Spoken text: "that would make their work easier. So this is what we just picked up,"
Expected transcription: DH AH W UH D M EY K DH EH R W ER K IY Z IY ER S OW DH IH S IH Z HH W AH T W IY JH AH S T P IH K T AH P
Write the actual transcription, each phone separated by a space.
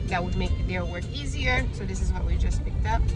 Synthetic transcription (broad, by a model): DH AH W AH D M EY K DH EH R W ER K IY Z IY ER S OW DH IH S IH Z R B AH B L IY JH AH S P IH K T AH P